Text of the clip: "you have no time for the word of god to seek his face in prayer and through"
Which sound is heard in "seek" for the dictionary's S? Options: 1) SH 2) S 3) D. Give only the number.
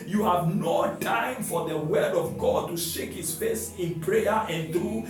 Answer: 1